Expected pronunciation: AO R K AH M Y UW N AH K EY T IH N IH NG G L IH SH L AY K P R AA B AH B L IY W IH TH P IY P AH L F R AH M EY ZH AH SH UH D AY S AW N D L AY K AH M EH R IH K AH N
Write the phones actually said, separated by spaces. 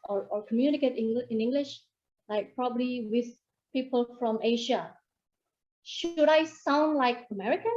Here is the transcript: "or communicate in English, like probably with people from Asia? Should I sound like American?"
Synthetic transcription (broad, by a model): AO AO K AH M Y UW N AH K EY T IH N IH NG G L IH SH L AY K P R AA B AH B L IY W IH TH P IY P AH L F R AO M EY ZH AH SH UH D AY S AW N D L AY K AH M EH R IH K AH N